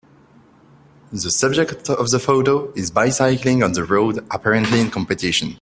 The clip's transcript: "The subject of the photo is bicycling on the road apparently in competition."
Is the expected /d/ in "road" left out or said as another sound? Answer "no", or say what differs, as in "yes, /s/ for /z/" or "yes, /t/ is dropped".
no